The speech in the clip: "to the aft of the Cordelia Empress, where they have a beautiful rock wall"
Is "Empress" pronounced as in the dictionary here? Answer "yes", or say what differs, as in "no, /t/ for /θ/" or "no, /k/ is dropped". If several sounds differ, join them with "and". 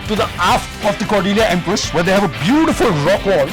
yes